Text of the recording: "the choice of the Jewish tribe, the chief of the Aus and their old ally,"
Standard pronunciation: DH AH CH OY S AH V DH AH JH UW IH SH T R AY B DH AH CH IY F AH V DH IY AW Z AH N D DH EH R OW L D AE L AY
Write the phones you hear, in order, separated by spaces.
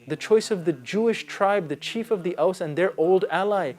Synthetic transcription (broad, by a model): DH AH CH OY S AH V DH AH JH UW IH SH T R AY B DH AH CH IY F AH V DH IY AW S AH N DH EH R OW L D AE L AY